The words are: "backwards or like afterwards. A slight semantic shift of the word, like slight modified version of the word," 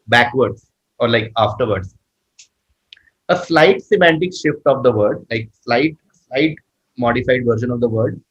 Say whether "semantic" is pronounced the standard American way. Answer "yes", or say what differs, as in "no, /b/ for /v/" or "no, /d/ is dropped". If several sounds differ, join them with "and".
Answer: yes